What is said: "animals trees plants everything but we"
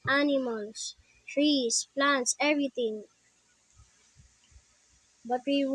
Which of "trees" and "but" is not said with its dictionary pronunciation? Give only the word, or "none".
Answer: trees